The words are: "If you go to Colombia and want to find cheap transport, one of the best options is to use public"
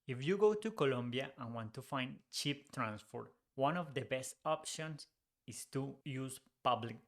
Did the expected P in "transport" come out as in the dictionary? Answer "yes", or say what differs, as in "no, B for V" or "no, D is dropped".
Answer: no, F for P